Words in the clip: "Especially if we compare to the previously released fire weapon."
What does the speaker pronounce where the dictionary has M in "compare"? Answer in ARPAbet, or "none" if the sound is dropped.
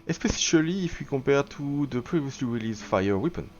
none